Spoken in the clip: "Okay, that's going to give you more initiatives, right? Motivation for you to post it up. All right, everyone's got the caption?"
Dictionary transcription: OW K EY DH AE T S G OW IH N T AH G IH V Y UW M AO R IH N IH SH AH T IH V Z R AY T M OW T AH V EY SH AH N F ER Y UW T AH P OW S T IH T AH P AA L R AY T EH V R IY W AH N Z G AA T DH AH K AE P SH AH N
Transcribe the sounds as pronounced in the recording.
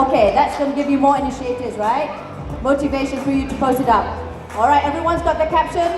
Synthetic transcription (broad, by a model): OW K EY DH AE T S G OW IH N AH G IH V Y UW M AO R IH N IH SH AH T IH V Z R AY T M OW T AH V EY SH AH N F ER Y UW T AH P OW S T IH T AH P AA L R AY T EH V R IY W AH N Z G AA T DH AH K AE P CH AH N